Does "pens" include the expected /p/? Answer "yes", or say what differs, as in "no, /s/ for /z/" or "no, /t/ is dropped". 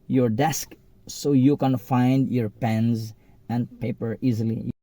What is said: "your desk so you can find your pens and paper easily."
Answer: yes